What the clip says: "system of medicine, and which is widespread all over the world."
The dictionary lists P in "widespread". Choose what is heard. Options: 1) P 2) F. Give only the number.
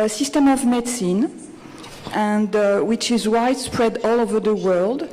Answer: 1